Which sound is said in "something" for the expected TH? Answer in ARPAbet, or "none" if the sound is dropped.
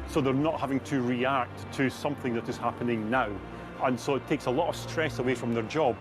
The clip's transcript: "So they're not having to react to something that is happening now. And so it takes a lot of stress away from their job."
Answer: TH